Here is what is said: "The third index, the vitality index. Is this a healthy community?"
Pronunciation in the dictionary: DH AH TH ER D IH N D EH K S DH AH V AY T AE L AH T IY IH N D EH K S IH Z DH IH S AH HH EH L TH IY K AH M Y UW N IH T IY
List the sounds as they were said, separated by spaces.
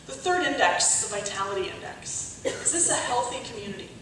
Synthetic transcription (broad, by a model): DH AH TH ER D IH N D EH K S DH AH V AY T AE L AH T IY IH N D EH K S IH Z DH IH S AH HH EH L TH IY K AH M Y UW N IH T IY